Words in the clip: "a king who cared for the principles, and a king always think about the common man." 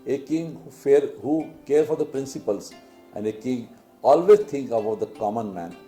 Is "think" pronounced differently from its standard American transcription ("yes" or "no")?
yes